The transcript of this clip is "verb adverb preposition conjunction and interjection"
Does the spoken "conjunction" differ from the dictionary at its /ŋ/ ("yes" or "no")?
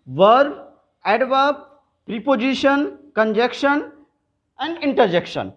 yes